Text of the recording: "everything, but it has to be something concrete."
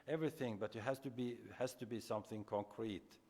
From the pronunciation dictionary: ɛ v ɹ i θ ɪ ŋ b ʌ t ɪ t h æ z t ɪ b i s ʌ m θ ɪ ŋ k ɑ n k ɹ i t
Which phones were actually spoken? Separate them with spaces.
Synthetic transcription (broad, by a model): ɛ v ɹ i θ ɪ ŋ b ʌ t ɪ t h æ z t ɪ b i s ʌ m θ ɪ ŋ k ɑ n k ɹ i t